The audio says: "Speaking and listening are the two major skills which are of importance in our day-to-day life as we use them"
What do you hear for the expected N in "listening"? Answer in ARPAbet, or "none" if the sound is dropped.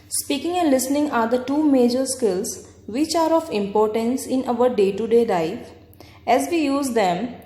N